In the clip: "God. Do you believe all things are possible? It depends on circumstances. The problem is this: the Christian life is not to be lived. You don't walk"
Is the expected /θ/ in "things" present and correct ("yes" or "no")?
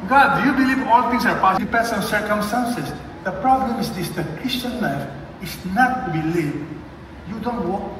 no